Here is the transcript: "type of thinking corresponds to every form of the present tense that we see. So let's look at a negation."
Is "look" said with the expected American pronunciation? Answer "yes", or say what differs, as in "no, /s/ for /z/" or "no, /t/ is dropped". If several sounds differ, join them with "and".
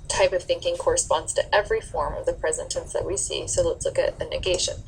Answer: yes